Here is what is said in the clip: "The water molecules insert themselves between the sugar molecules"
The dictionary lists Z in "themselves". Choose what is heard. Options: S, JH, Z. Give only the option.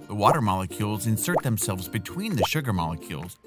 Z